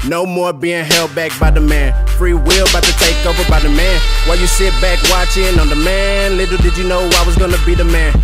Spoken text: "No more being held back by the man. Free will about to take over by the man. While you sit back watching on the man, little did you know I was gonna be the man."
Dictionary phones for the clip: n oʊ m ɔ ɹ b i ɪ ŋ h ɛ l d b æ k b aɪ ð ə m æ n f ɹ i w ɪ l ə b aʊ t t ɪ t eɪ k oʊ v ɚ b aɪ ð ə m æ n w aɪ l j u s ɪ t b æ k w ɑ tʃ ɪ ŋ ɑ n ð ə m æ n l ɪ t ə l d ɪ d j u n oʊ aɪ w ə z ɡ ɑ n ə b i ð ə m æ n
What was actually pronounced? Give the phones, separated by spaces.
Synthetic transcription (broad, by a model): n oʊ m ɔ ɹ b i ɪ ŋ h ɛ l d b æ k b aɪ ð ə m æ n f ɹ i w ɪ l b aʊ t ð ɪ t eɪ k oʊ v ɚ b aɪ ð ə m æ n w aɪ l j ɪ s ɪ t b æ k w ɑ tʃ ɪ ŋ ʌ n ð ə m æ n l ɪ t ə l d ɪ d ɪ n oʊ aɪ w ə z ɡ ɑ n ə b i ð ə m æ n